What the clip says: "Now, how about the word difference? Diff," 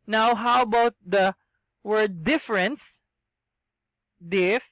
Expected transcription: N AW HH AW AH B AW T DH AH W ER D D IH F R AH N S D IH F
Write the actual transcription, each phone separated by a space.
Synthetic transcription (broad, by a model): N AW HH AW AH B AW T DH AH W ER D D IH F R AH N S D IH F